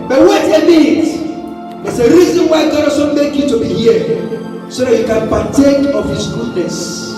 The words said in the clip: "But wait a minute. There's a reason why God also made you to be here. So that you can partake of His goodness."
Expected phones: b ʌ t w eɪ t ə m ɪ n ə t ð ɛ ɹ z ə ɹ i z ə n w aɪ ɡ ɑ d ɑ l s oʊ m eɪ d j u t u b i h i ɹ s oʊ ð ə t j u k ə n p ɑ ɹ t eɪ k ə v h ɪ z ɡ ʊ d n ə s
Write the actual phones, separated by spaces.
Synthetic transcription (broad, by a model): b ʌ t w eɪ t ə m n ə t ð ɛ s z ə ɹ i z ə n w aɪ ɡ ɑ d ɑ s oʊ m eɪ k j u t u b i h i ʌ s oʊ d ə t j u k ə n p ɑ t eɪ k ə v h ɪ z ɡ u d n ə s